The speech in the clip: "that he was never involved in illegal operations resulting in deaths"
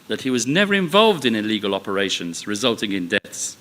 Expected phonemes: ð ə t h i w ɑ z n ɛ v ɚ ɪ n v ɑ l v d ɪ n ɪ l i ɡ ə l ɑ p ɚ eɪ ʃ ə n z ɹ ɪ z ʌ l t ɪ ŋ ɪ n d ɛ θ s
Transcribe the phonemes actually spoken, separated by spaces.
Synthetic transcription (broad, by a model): ð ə t h i w ɑ z n ɛ v ɚ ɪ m v ɑ l v d ɪ n ɪ l i ɡ ə l ɑ p ɚ eɪ ʃ ə n z ɹ ɪ z ʌ l t ɪ ŋ ɪ n d ɛ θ s